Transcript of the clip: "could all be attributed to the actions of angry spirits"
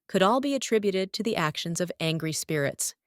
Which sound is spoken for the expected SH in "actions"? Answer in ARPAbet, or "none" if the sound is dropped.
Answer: SH